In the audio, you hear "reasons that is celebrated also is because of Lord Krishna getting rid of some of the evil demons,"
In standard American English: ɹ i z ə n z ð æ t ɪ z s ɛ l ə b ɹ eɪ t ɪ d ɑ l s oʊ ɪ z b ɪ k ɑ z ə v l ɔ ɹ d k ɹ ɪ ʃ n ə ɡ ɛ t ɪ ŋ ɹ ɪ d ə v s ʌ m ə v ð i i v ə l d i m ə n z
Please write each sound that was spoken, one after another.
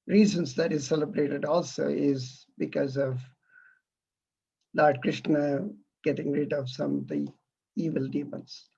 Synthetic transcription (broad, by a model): ɹ i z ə n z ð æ t ɪ z s ɛ l ə b ɹ eɪ t ɪ d ɑ l s oʊ ɪ z b ɪ k ɑ z ə v l ɔ ɹ d k ɹ ɪ ʃ n ə ɡ ɛ t ɪ ŋ ɹ ɪ d ə v s ʌ m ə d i i v ə l d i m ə n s